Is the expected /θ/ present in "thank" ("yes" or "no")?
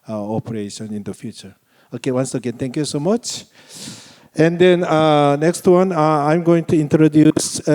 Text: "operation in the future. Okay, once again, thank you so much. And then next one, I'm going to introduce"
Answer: no